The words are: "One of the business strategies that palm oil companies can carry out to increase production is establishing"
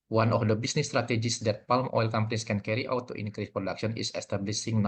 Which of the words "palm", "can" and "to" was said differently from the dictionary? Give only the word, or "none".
none